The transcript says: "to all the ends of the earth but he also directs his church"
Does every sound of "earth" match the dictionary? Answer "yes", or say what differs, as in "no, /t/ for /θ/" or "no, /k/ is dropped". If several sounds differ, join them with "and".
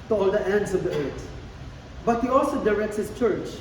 no, /t/ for /θ/